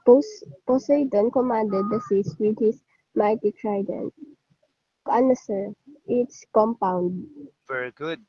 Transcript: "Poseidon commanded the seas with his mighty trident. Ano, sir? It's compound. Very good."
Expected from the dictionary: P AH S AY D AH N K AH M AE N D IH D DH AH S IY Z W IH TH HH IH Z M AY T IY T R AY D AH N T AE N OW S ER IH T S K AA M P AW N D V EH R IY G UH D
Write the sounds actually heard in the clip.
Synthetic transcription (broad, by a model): P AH S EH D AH N K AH M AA N D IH D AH S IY S W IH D HH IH S M AY T IY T R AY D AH N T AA N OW S ER IH T S K AA M P AW N D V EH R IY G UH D